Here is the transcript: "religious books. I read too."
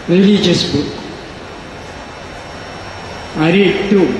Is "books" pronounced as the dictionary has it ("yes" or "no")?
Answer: no